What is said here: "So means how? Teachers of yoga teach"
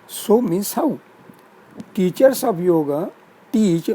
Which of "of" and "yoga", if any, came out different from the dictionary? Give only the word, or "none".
of